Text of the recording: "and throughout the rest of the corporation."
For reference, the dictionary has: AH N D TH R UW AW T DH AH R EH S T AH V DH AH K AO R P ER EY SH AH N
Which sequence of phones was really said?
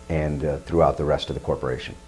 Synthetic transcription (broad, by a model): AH N TH R UW AW T DH AH R EH S T AH V DH AH K AO R P ER EY SH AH N